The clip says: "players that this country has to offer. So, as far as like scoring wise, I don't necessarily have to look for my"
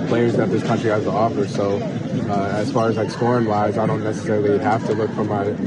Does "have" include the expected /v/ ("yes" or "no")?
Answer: no